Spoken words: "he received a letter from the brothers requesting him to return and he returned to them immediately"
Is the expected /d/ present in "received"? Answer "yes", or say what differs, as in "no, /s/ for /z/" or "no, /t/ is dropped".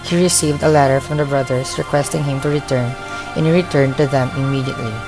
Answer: yes